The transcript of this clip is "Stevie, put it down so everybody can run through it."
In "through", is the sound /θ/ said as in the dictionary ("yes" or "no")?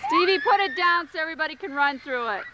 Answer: yes